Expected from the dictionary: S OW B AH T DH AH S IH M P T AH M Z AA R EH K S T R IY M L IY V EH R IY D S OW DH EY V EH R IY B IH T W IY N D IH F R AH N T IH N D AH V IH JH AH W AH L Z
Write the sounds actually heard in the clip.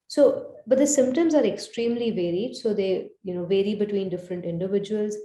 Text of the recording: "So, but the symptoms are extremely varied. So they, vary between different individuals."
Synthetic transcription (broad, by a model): S OW B AH T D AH S IH M P T AH M Z AA R EH K S T R IY M L IY V EH R IY D S OW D EY V EH R IY B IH T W IY N D IH F R AH N T IH N D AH V IH JH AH AH L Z